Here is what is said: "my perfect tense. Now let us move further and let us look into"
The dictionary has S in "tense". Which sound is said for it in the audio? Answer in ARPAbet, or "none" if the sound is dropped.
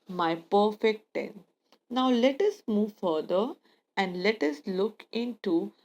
none